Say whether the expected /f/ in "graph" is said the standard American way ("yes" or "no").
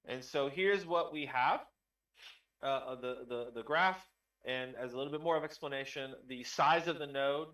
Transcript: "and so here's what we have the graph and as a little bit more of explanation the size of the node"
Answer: yes